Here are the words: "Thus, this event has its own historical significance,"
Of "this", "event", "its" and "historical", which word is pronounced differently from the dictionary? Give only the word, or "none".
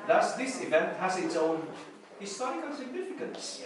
historical